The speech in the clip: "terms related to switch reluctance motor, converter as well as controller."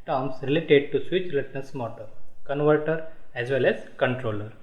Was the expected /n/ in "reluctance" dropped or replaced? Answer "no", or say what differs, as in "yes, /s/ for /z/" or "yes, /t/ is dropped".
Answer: yes, /n/ is dropped